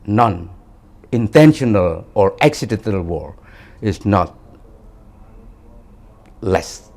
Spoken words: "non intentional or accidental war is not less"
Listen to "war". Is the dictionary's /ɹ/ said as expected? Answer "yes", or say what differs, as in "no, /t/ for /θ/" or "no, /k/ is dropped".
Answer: yes